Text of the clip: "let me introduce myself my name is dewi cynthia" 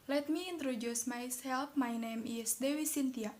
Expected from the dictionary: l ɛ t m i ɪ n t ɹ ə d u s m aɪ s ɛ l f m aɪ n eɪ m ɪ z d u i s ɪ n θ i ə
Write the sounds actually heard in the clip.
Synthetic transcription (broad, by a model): l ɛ t m i n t ɹ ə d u s m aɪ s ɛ l p m aɪ n eɪ m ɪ s d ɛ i s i n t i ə